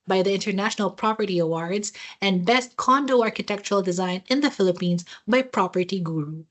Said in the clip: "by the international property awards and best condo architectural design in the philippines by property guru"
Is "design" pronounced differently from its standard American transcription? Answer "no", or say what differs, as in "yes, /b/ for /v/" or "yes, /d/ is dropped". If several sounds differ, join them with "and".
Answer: no